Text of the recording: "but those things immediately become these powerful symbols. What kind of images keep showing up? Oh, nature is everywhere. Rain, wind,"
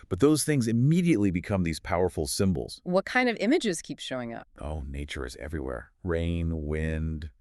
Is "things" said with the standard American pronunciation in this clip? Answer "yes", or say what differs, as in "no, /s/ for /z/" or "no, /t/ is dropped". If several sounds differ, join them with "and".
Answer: yes